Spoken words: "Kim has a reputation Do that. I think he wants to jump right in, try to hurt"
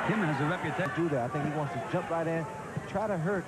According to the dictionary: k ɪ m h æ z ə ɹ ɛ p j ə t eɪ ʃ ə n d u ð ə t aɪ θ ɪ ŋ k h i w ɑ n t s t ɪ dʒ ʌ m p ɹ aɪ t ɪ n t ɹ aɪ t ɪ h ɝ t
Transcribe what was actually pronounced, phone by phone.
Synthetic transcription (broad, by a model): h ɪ m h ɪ z ə ɹ ɛ p j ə t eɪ d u ð ə t aɪ θ ɪ ŋ k h i w ɑ n t s t ɪ dʒ ʌ m p ɹ aɪ t ɪ n t ɹ aɪ t ɪ h ɝ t